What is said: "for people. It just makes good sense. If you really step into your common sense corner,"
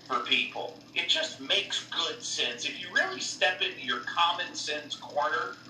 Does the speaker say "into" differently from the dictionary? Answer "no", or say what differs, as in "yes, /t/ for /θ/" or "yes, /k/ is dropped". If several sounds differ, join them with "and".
no